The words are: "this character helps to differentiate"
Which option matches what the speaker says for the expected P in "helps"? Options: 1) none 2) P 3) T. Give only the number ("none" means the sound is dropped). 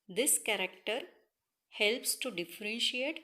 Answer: 2